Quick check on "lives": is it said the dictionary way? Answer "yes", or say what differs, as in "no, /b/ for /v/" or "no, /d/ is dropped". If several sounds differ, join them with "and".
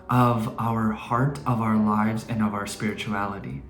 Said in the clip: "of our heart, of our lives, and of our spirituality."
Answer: yes